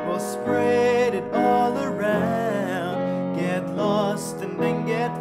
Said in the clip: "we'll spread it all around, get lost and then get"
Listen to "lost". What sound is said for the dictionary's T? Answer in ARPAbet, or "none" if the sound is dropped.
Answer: T